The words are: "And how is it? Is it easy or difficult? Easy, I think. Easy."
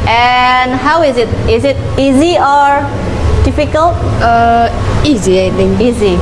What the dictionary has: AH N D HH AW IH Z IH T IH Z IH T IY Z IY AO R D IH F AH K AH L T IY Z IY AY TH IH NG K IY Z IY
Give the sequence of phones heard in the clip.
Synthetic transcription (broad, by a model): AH N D HH AW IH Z IH T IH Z IH T IY Z IY AO R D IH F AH K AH L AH IY Z IY AY T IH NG IY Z IY